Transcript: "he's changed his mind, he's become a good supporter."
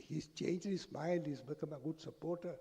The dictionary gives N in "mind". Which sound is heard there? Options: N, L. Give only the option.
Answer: L